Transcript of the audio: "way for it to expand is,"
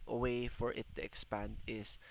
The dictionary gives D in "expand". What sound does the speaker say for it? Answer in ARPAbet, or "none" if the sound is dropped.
D